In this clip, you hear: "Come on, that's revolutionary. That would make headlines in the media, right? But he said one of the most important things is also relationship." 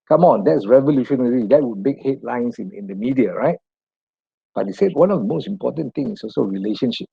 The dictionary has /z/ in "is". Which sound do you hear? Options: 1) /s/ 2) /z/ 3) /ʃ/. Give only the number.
1